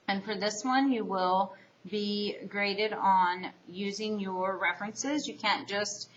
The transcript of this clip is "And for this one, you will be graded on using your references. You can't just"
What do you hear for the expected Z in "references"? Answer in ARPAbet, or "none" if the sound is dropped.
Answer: Z